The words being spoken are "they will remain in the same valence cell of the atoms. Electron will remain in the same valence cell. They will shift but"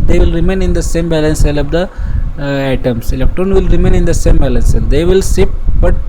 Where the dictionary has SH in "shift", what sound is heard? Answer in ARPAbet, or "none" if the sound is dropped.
S